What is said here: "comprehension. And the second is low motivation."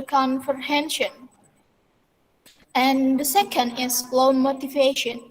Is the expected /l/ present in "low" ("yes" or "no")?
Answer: yes